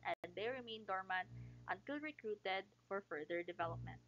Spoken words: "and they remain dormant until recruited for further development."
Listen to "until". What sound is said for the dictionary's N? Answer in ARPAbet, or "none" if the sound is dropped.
N